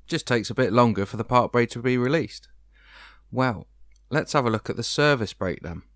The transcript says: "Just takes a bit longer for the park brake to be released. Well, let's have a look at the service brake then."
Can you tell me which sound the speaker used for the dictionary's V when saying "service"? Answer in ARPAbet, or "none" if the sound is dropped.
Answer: V